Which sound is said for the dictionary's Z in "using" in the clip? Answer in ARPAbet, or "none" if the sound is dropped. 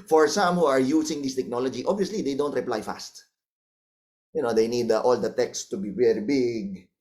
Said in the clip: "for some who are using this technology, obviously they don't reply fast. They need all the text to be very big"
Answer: S